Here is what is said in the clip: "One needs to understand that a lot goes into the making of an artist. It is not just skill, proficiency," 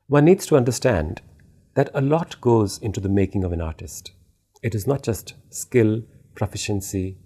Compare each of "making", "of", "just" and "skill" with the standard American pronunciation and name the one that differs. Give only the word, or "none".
none